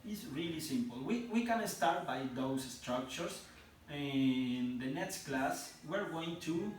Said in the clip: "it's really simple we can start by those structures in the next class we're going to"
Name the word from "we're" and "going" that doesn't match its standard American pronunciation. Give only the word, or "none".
none